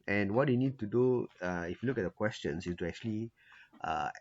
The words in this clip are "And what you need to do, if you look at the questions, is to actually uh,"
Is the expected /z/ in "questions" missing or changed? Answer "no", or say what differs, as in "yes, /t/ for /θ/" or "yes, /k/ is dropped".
yes, /s/ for /z/